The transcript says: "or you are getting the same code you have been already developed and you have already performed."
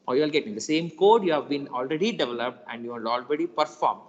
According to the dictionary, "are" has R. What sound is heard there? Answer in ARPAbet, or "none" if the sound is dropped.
L